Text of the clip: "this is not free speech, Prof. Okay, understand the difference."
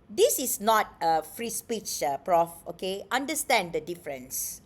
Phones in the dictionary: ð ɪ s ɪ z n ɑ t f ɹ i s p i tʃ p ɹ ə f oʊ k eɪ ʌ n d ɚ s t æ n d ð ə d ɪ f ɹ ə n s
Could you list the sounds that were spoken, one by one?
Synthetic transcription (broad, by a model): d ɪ s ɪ s n ɑ t f ɹ i s p i tʃ p ɹ ə f oʊ k eɪ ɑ n d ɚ s t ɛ n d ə d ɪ f ɹ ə n s